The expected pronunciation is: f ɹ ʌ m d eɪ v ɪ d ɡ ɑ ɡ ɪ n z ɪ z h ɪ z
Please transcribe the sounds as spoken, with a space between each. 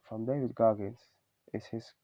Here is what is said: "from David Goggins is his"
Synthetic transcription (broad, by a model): f ɹ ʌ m d eɪ v ɪ d ɡ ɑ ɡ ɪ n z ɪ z h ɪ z